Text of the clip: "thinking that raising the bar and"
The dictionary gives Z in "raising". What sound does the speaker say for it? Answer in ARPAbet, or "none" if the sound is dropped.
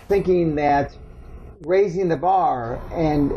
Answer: Z